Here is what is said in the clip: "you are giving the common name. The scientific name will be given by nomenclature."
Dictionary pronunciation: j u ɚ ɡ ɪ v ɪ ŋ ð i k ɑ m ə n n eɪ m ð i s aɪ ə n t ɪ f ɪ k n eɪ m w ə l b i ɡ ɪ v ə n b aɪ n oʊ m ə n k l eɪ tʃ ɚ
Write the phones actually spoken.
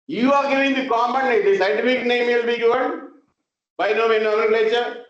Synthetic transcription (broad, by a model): j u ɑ ɡ ɪ v ɪ ŋ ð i k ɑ m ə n n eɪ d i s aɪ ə t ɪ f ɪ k n eɪ m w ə l b i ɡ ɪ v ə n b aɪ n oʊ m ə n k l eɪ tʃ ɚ